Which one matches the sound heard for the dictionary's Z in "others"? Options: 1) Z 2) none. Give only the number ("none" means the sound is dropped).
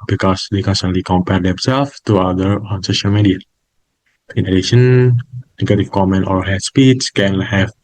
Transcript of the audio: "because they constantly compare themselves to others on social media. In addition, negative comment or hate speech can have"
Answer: 2